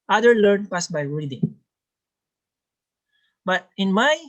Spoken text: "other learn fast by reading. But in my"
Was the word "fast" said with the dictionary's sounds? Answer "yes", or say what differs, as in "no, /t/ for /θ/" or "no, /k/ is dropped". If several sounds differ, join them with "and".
no, /p/ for /f/